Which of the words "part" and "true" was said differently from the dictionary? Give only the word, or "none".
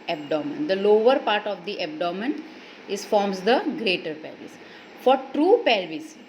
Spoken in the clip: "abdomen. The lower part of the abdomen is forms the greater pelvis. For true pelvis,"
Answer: none